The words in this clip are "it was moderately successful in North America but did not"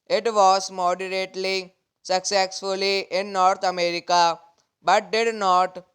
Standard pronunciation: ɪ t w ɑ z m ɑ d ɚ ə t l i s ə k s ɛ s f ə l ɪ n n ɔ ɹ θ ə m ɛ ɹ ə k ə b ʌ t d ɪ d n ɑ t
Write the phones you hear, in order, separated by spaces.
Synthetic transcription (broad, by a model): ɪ t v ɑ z m ɑ d ɚ ə t l i s ə k s ɛ s f ə l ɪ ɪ n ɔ ɹ t ə m ɛ ɹ ə k ə b ʌ t d ɪ d n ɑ t